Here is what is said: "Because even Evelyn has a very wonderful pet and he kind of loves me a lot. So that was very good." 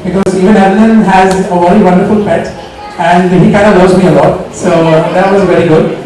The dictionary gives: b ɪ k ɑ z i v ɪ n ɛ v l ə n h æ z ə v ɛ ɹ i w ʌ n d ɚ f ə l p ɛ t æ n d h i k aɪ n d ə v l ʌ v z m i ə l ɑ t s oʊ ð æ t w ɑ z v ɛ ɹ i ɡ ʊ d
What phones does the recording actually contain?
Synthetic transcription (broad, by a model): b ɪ k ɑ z i v ɪ n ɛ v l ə n h æ z ə v ɛ ɹ i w ʌ n d ɚ f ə l p ɛ t æ n d h i k aɪ n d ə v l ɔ z m i ə l ɑ t s oʊ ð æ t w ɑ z v ɛ ɹ i ɡ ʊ d